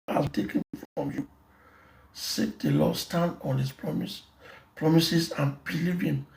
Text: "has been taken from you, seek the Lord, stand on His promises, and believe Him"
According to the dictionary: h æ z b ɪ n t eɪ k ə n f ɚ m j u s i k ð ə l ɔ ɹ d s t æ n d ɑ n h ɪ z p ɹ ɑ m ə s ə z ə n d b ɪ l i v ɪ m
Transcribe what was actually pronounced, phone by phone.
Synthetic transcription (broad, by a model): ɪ l t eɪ k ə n f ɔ m j u s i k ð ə l ɔ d s t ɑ n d ɑ n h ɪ s p ɹ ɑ m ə s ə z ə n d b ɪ l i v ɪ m